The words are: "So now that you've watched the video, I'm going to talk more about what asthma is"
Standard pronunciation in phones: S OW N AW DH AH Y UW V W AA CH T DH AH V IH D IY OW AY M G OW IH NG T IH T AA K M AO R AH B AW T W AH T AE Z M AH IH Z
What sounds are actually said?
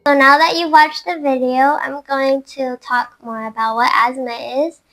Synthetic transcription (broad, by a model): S OW N AW DH AH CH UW V W AA CH DH AH V IH D IY OW AY M G OW IH NG T IH T AA K M AO R AH B AW T W AH T AE Z M AH IH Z